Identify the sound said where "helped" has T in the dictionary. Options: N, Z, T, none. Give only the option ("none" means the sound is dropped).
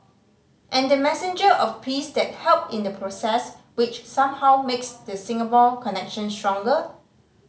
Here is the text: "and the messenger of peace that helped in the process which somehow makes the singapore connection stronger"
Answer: none